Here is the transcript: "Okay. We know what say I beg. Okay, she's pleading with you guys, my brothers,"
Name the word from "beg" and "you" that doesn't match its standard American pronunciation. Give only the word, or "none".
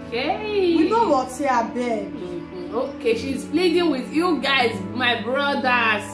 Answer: beg